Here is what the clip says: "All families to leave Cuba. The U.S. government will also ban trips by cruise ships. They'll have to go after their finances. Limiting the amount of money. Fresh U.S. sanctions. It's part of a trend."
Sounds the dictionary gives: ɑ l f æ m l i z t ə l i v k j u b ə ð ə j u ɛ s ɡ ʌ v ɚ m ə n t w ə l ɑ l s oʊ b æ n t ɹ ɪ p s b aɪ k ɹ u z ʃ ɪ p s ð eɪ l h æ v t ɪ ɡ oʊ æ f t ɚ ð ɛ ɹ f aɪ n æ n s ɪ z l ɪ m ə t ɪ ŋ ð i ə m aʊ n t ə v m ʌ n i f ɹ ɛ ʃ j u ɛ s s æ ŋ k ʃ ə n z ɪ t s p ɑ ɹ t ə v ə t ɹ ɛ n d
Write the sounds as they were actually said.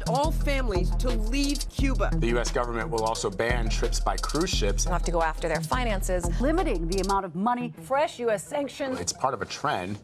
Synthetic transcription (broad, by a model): ɑ l f æ m l i z t ə l i v k j u b ə ð ə j u ɛ s ɡ ʌ v ɚ m ə n t w ə l ɑ l s oʊ b æ n t ɹ ɪ p s b aɪ k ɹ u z ʃ ɪ p s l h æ f t ɪ ɡ oʊ æ f t ɚ ð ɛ ɹ f aɪ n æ n s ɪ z l ɪ m ə t ɪ ŋ ð i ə m aʊ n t ə v m ʌ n i f ɹ ɛ ʃ j u ɛ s s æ ŋ k ʃ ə n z ɪ t s p ɑ ɹ t ə v ə t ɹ ɛ n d